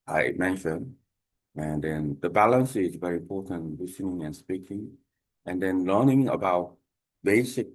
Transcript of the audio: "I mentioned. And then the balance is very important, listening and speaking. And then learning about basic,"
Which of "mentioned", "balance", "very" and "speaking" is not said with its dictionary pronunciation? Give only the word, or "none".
mentioned